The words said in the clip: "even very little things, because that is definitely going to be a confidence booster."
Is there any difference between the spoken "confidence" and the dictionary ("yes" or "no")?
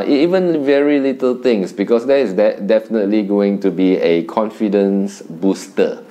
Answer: no